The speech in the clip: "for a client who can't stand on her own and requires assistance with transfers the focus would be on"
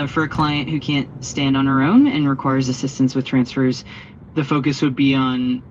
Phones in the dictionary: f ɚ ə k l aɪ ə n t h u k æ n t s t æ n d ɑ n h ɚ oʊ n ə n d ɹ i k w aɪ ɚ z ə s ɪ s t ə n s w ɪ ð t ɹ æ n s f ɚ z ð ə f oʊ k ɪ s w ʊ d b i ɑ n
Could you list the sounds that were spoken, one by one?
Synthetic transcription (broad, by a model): f ɚ ə k l aɪ ə n t h u k æ n t s t æ n d n ɚ oʊ n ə n ɹ i k w aɪ ɚ z ə s ɪ s t ə n s w ɪ ð t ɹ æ n s f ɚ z ð ə f oʊ k ɪ s w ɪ d b i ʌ n